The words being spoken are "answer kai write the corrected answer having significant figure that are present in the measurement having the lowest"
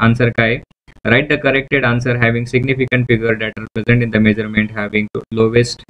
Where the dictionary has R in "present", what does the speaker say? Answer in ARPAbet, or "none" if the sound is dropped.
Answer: R